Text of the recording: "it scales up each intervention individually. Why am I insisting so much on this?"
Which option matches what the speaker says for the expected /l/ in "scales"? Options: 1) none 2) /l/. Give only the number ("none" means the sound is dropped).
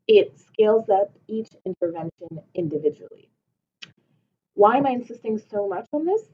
2